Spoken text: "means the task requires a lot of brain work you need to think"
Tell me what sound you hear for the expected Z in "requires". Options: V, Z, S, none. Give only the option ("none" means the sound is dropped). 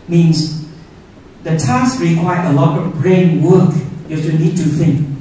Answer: none